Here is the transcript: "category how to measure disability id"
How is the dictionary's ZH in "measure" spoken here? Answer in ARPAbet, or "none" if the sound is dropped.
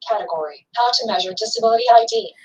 ZH